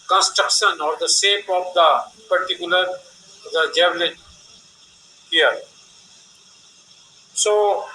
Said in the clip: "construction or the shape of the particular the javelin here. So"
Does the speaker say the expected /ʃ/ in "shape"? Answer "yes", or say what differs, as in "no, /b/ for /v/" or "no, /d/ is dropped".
no, /s/ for /ʃ/